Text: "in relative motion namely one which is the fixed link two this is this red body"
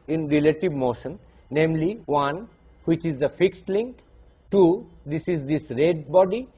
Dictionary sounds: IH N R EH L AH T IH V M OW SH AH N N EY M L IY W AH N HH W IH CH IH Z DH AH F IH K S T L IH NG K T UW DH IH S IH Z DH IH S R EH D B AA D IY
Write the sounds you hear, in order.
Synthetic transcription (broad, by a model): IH N R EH L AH T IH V M OW SH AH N N EY M L IY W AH N HH W IH CH IH Z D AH F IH K S T L IH NG K T UW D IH S IH Z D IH S R EH D B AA D IY